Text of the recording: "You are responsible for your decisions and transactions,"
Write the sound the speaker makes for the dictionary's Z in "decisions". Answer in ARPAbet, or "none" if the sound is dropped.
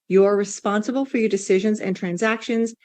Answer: Z